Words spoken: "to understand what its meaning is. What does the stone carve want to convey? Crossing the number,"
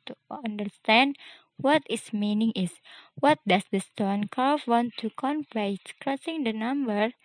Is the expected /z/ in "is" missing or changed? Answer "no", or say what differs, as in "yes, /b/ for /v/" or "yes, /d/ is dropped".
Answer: yes, /s/ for /z/